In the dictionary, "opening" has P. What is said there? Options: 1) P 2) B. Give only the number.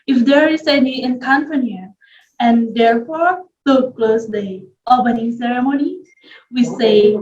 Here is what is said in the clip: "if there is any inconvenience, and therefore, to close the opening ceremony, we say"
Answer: 2